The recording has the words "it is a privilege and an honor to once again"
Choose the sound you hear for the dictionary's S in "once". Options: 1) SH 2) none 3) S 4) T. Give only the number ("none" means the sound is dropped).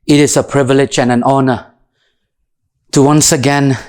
3